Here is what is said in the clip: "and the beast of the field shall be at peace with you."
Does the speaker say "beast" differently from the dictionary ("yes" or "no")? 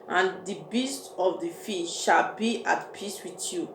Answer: no